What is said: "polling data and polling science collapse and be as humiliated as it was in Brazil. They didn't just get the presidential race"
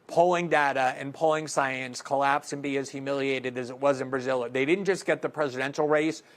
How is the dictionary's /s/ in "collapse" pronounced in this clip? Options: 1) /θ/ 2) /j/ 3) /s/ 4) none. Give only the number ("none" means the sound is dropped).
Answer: 3